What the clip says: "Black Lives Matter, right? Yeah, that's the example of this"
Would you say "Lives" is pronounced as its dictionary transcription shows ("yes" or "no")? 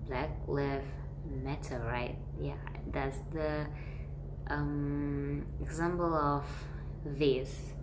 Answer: no